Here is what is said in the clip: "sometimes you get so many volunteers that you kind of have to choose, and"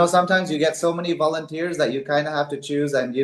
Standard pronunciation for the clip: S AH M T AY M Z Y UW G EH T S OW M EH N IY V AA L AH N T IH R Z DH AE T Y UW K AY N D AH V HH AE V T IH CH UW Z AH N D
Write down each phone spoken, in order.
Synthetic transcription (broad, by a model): S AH M T AY M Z Y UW G EH T S OW M EH N IY V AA L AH N T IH R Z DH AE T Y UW K AY N D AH HH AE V T IH CH UW Z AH N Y